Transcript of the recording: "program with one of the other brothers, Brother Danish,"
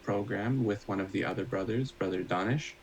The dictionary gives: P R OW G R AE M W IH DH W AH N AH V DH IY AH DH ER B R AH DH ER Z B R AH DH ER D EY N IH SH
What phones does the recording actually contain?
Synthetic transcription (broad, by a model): P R OW G R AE M W IH DH W AH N AH V DH IY AH DH ER B R AH DH ER Z B R AH DH ER D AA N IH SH